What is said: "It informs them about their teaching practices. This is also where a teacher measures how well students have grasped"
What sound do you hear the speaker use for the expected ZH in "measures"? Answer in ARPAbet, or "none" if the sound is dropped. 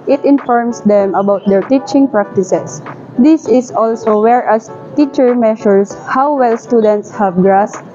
SH